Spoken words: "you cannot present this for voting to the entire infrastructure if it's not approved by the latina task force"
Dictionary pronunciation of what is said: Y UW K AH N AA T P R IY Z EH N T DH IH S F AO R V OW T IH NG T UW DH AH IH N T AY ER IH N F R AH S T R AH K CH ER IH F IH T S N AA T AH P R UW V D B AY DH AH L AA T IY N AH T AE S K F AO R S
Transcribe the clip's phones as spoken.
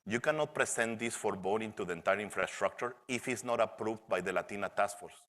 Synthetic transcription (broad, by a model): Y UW K AH N AA T P R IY S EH N T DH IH S F AO R B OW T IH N T UW DH AH IH N T AY ER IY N F R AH S T R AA K CH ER IH F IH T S N AA T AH P R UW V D B AY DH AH L AA T IY N AH T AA S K F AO R S